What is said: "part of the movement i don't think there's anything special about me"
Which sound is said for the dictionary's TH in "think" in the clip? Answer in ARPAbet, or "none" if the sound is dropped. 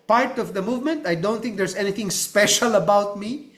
T